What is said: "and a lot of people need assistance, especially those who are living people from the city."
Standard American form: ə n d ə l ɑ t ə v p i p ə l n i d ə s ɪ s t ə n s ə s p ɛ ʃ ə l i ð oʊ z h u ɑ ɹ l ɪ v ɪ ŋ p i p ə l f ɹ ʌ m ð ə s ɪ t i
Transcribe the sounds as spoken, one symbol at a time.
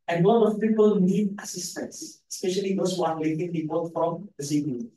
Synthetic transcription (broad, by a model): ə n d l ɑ ə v p i p ə l n i d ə s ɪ s t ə n s ə s p ɛ ʃ ə l i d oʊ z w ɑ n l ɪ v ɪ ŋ p i p ə l f ɹ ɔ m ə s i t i